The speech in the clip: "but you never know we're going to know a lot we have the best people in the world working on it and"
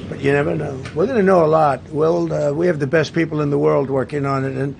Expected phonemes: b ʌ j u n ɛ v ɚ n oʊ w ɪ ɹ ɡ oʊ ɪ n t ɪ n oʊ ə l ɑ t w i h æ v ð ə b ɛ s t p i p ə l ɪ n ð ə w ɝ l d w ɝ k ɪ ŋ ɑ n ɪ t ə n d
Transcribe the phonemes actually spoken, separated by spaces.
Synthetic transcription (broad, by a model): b ʌ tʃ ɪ n ɛ v ɚ n oʊ w ɪ ɹ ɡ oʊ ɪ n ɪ n oʊ ə l ɑ t w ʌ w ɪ v ð ə b ɛ s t p i p l ɪ n ð ə w ɝ l d w ɝ k ɪ ŋ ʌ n ɪ t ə n